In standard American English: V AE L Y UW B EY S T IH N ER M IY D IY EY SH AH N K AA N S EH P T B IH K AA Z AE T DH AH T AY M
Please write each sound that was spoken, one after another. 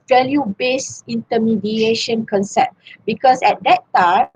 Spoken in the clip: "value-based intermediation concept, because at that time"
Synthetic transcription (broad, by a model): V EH L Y UW B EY S IY N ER M IY D IY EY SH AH N K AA N S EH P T B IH K AA S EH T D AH T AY